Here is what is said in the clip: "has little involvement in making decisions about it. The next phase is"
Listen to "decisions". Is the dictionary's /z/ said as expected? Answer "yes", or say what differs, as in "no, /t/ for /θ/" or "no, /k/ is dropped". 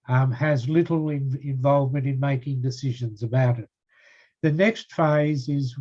yes